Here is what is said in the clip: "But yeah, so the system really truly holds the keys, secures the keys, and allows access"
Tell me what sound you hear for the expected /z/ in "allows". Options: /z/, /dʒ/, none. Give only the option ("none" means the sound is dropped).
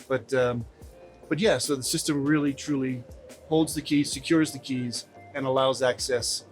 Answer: /z/